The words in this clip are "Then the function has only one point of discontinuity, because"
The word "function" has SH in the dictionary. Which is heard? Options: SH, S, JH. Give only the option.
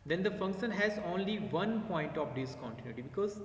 SH